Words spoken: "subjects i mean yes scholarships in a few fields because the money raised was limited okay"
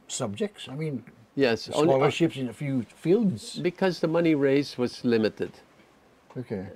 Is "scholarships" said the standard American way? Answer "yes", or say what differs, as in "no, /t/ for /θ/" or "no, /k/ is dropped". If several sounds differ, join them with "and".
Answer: no, /k/ is dropped